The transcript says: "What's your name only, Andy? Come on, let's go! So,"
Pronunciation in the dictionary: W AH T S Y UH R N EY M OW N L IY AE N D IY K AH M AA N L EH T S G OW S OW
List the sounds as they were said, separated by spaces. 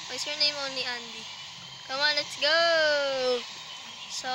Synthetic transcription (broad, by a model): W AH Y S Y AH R N EY M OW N IY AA N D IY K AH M AA N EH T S G OW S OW